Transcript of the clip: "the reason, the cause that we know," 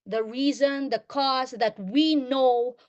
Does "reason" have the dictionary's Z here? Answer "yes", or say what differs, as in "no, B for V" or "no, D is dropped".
yes